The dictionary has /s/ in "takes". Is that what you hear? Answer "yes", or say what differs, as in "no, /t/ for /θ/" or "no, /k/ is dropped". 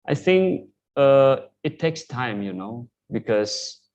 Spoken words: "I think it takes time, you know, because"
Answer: yes